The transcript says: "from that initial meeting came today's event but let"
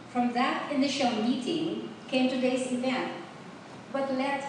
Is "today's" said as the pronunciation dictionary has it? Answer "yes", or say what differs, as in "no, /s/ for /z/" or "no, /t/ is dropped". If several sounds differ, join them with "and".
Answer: no, /s/ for /z/